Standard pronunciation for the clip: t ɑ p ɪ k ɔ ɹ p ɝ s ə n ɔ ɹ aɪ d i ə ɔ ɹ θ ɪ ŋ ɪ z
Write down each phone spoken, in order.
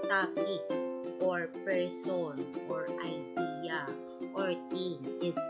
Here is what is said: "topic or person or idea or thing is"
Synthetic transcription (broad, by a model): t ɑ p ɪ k ɔ ɹ p ɝ s ə n ɔ ɹ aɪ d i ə ɔ ɹ t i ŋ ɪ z